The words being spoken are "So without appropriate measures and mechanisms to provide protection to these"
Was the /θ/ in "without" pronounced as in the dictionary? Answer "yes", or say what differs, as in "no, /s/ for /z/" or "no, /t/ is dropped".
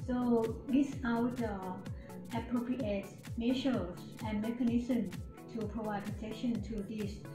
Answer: no, /s/ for /θ/